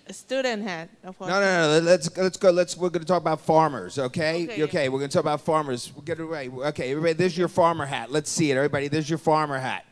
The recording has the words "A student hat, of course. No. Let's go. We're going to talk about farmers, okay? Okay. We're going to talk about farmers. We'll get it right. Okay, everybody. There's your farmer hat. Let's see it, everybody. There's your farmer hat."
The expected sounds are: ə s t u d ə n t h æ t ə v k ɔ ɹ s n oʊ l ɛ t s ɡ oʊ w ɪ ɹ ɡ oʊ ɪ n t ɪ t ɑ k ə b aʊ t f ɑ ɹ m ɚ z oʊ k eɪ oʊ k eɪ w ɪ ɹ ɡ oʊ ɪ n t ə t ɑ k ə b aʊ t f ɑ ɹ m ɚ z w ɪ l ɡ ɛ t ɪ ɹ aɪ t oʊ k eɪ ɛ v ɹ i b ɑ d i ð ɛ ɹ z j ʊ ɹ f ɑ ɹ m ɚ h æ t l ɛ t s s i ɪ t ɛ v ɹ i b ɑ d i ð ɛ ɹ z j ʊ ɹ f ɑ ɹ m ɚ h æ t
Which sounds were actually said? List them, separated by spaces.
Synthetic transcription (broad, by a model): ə s t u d n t h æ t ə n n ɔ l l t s l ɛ t s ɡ oʊ w ɪ ɹ ɡ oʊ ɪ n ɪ t ɑ k ə b aʊ t f ɑ ɹ m ɚ z oʊ k eɪ oʊ k eɪ w ɪ ɹ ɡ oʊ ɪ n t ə t ɑ k ə b aʊ t f ɑ ɹ m ɚ z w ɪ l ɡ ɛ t ɪ w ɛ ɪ oʊ k eɪ ɛ v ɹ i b ɑ d i ð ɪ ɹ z j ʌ ɹ f ɑ ɹ m ɚ h æ t l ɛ t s s i ɪ t ɛ v ɹ i b ɑ d i ð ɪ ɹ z j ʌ ɹ f ɑ ɹ m ɚ h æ t